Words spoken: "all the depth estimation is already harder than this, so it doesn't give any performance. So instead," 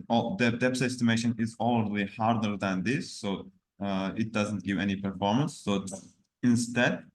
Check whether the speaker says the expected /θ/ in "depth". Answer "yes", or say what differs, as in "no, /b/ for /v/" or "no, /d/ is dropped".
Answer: no, /s/ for /θ/